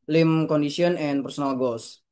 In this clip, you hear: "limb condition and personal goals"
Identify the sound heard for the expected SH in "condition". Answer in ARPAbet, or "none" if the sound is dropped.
S